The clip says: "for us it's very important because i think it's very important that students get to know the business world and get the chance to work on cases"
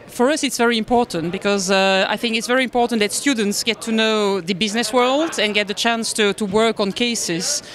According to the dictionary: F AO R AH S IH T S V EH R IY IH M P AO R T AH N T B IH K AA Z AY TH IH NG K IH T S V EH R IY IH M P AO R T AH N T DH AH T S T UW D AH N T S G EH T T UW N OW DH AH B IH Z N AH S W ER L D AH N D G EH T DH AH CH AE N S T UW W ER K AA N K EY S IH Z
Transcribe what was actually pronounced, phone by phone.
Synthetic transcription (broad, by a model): F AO R AH S IH T S V EH R IY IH M P AO R T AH N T B IH K AA Z AY TH IH NG K IH T S V EH R IY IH M P AO R T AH N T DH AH T S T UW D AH N T S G EH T T UW N OW DH AH B IH Z N AH S W ER L D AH N G EH T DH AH CH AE N S T UW W ER K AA N K EY S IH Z